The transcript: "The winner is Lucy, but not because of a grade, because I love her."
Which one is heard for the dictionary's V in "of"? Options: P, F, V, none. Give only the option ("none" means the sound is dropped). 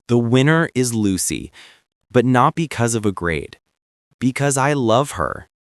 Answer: V